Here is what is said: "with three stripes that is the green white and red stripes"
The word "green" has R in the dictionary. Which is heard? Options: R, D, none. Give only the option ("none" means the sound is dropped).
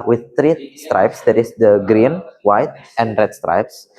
R